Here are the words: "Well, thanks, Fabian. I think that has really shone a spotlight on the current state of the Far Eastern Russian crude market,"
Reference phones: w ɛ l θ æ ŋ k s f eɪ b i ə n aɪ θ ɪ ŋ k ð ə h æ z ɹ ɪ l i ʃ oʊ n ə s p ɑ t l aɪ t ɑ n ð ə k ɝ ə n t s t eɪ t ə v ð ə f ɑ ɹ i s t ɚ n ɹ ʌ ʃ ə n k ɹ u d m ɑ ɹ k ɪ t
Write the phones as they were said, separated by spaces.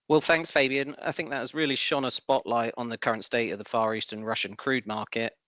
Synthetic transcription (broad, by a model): w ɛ l θ æ ŋ k s f eɪ b i ə n aɪ θ ɪ ŋ k ð ə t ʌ z ɹ ɪ l i ʃ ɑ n ə s p ɑ t l aɪ t n ð ə k ɝ ə n t s t eɪ t ə v ð ə f ɑ ɹ i s t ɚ n ɹ ʌ ʃ ə n k ɹ u d m ɑ k ɪ t